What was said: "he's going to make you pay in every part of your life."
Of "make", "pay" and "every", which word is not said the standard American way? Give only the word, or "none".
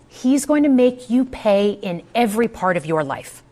none